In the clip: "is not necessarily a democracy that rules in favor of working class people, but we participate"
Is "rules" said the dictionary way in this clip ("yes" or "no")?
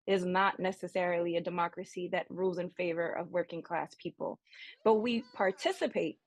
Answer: yes